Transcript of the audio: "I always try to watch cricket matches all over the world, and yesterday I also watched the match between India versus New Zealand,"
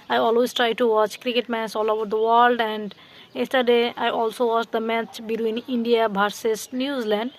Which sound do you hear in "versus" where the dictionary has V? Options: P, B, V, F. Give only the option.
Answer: B